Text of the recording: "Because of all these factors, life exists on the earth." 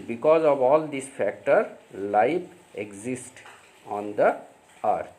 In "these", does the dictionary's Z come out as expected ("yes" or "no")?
no